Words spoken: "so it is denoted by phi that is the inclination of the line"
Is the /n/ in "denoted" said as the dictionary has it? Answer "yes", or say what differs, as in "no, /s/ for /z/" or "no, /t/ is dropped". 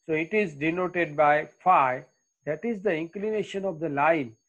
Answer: yes